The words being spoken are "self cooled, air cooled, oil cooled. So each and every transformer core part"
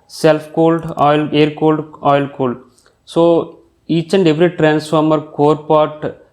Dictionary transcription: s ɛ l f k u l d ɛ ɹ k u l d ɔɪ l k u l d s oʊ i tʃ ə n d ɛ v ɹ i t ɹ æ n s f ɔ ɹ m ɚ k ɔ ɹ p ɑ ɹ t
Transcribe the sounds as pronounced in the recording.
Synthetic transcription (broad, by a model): s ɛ l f k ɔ l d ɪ ɹ k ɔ l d ɔɪ l k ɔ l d s oʊ i tʃ ə n d ɛ v ɹ i t ɹ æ n s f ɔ ɹ m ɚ k ɔ ɹ p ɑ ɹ t